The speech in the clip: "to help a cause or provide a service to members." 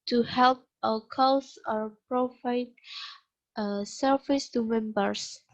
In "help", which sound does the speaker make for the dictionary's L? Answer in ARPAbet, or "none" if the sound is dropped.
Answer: L